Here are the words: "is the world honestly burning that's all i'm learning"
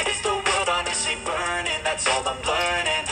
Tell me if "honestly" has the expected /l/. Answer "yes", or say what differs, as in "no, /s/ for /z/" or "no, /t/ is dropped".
no, /l/ is dropped